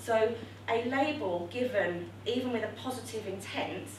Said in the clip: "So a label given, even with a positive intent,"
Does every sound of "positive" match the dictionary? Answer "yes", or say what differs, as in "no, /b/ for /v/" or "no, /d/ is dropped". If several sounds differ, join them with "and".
yes